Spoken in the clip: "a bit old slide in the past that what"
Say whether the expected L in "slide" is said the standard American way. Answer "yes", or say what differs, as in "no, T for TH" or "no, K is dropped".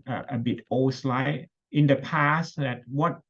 yes